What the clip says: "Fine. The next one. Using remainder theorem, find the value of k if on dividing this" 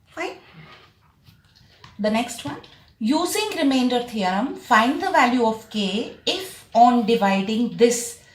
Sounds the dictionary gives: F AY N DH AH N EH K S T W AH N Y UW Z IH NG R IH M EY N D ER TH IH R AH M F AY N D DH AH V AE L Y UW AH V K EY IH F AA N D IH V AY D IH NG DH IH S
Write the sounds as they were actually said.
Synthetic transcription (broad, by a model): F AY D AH N EH K S T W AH N Y UW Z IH NG R IH M EY N D ER T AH R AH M F AY N D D AH V AE L Y UW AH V K EY IH F AA N D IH V AY D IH NG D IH S